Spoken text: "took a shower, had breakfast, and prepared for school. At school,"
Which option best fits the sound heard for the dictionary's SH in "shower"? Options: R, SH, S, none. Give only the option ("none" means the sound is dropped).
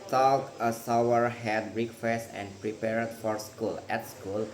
S